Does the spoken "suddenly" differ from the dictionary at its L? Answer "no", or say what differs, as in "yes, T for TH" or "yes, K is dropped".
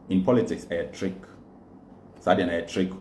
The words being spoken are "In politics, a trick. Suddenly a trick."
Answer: yes, L is dropped